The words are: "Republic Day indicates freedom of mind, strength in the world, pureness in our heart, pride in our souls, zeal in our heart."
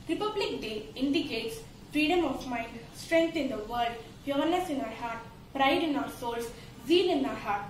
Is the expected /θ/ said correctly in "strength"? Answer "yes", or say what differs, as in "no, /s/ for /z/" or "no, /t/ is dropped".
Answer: no, /t/ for /θ/